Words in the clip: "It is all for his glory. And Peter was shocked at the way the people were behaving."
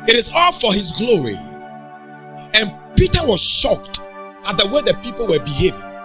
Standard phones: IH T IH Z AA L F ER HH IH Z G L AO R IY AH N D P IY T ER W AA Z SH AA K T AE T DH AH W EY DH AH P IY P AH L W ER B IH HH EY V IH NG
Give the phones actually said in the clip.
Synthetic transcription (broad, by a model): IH T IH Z AA L F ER HH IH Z G L AO R IY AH N P IY T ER W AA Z SH AA K T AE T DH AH W EY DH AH P IY P AH L W ER B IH HH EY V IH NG